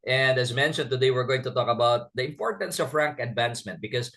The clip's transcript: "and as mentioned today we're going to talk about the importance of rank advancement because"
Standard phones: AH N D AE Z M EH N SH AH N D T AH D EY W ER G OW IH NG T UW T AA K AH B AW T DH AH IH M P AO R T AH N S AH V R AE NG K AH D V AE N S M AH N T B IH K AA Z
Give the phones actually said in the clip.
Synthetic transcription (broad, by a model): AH N D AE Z M EH N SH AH N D T AH D EY W ER G OW IH NG T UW T AA K AH B AW T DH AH IH M P AO R T AH N S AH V R AE NG K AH D V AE N S M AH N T B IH K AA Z